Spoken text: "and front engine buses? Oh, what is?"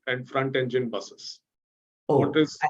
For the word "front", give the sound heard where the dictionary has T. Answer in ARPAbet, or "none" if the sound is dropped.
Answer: T